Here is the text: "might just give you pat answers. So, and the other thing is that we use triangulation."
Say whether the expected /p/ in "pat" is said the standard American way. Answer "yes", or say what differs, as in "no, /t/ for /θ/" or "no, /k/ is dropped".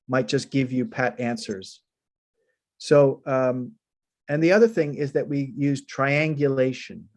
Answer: yes